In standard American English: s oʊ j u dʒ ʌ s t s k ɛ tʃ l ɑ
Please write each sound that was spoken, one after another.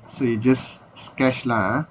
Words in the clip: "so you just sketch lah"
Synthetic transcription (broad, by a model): s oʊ j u dʒ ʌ s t s k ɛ ʃ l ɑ